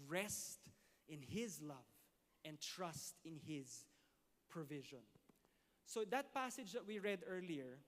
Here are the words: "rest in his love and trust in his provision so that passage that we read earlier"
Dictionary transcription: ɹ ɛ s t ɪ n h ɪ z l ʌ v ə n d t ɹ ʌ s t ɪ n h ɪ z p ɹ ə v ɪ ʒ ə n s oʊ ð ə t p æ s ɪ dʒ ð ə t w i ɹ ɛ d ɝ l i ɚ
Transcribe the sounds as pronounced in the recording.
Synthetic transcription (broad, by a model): ɹ ɛ s t ɪ n h ɪ z l ʌ v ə n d t ɹ ʌ s t ɪ n h ɪ z p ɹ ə v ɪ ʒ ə n s oʊ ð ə t p æ s ɪ dʒ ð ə t w i ɹ ɛ d ɝ l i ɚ